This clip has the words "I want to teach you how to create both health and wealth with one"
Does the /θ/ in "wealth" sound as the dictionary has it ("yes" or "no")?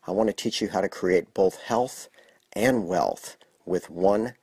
yes